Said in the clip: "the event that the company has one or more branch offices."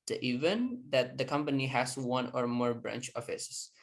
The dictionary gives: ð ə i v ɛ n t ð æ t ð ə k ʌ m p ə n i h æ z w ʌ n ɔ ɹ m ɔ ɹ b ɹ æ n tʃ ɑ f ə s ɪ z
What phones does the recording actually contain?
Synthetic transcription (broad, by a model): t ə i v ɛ n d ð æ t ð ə k ʌ m p ə n i h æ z w ʌ n ɔ ɹ m ɔ ɹ b ɹ æ n tʃ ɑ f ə s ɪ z